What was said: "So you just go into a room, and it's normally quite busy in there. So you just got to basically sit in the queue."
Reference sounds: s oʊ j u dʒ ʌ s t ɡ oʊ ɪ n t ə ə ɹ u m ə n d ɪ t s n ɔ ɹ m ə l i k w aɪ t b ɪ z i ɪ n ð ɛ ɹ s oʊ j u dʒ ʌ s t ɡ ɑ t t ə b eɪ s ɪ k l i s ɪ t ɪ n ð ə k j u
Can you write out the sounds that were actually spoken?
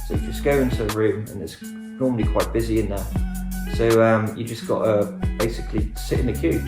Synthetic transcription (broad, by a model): s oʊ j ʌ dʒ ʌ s ɡ oʊ ɪ n t ə ə ɹ u m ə n ɪ t s n ɔ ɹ m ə l i k w aɪ t b ɪ z i ɪ n ð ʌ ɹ s oʊ j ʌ dʒ ʌ s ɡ ɑ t t ə b eɪ s ɪ k l i s ɪ t ɪ n ð ə k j u